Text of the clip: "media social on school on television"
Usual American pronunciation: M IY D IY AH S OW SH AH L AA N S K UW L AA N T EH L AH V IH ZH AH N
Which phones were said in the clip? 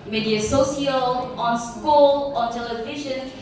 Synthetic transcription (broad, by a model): M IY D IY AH S OW S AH L AA N S K UW L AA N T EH L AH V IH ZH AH N